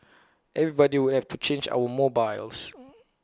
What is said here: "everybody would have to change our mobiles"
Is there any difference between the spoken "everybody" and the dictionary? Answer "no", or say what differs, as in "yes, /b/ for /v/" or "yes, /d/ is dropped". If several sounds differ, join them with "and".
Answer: no